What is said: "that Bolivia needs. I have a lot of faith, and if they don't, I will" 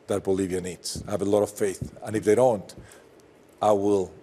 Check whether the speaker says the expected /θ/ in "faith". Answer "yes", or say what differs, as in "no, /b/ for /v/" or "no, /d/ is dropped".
yes